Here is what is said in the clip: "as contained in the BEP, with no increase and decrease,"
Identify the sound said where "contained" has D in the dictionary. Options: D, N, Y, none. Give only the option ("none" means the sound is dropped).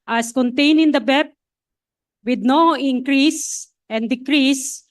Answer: none